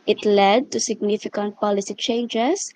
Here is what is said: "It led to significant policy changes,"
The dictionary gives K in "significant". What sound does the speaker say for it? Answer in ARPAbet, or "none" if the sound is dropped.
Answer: K